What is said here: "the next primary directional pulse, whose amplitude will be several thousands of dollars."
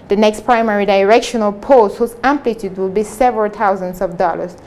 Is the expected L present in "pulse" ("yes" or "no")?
no